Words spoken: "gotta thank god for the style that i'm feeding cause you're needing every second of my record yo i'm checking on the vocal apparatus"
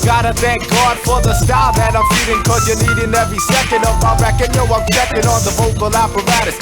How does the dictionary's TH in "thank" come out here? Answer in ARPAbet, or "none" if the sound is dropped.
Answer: TH